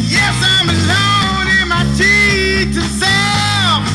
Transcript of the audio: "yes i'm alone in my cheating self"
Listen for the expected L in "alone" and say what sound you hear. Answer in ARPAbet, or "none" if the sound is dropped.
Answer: N